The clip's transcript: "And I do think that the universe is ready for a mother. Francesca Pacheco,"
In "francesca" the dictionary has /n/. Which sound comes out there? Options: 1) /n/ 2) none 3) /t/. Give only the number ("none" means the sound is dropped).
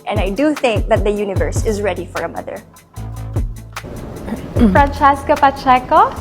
1